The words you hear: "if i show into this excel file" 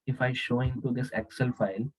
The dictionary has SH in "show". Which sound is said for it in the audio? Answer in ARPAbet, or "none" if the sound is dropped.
SH